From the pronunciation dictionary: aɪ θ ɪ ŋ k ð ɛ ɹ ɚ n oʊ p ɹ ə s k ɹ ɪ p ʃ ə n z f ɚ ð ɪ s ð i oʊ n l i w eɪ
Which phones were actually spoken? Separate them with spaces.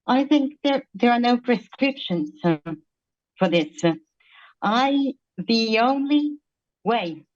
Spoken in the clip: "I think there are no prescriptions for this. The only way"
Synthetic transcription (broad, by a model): aɪ θ ɪ ŋ k ð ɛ ɹ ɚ n oʊ p ɹ ə s k ɹ ɪ p ʃ ə n z f ɚ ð ɪ s ð i oʊ n l i w eɪ